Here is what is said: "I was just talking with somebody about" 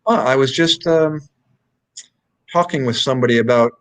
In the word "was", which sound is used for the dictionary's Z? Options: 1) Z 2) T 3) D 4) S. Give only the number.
1